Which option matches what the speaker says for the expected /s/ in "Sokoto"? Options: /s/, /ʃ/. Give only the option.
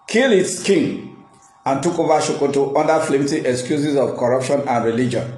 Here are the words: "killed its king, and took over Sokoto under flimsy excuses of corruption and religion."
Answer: /ʃ/